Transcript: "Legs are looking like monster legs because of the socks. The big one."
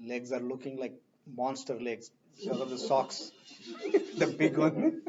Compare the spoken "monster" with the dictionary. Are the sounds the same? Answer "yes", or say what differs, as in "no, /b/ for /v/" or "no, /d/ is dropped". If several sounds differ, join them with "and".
yes